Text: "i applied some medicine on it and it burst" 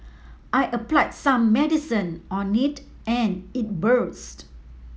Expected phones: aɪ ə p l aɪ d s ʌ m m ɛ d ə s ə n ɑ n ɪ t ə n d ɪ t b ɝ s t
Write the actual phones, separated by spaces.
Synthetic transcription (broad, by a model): aɪ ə p l aɪ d s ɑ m m ɛ d ə s ə n ɑ n ɪ t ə n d ɪ t b ɝ s t